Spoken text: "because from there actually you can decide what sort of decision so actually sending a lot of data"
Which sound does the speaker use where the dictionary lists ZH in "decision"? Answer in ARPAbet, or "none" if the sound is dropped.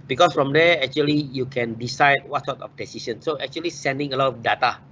S